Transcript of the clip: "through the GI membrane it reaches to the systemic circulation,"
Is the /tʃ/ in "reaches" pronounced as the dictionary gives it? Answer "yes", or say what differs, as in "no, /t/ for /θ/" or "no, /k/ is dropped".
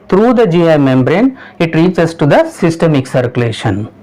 no, /s/ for /tʃ/